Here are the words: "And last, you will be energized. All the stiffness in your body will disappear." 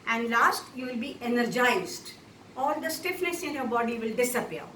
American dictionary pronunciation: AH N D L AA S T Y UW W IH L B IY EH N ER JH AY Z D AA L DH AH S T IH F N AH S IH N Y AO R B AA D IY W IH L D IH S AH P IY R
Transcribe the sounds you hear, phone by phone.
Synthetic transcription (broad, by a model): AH N D L AA S T Y UW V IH L B IY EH N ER JH AY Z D AA L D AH S T IH F N AH S IH N Y AO R B AA D IY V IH L D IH S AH P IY R